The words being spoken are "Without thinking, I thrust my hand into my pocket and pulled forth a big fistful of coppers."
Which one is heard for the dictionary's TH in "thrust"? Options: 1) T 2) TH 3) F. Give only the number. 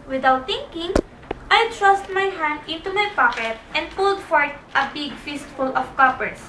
1